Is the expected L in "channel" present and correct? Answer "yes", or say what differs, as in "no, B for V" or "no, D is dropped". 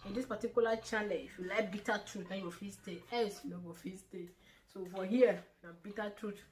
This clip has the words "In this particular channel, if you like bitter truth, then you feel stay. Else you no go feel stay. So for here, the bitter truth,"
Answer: no, N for L